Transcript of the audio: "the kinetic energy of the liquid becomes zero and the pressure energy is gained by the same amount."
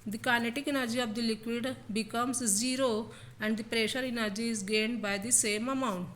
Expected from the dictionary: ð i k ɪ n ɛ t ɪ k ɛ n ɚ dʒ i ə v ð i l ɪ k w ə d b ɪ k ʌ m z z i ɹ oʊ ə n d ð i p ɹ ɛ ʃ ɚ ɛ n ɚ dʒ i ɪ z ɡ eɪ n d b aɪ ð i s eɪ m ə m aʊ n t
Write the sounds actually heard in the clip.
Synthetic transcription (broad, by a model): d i k ɪ n ɛ t ɪ k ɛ n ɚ dʒ i ə v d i l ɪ k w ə d b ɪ k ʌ m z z i ɹ oʊ ə n d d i p ɹ ɛ ʃ ɚ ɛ n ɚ dʒ i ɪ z ɡ eɪ n d b aɪ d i s eɪ m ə m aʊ n t